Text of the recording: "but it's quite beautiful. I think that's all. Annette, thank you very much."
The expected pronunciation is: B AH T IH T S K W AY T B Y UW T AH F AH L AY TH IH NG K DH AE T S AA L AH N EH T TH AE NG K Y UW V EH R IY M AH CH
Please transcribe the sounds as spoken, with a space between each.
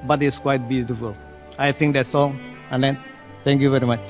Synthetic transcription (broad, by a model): B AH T IH T S K W AY T B Y UW T AH F AH L AY T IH NG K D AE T S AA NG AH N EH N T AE NG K Y UW V EH R IY M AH CH